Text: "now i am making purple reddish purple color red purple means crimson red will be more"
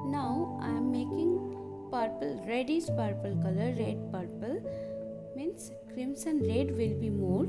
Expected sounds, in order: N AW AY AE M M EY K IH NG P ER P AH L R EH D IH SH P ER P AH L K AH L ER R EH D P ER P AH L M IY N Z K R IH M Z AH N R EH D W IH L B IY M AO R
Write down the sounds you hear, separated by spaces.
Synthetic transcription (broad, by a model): N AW AY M M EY K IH NG P ER P AH L R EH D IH S P ER P AH L K AH L ER R EH D P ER P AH L M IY N S K R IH M S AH N R EH D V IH L B IY M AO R